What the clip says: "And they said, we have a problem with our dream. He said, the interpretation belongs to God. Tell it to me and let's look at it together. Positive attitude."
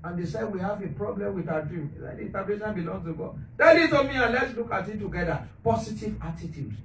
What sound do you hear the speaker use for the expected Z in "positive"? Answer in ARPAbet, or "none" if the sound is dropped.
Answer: S